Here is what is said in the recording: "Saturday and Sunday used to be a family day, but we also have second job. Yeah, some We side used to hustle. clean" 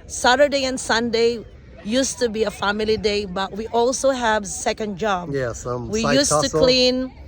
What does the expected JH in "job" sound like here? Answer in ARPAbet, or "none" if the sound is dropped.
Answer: JH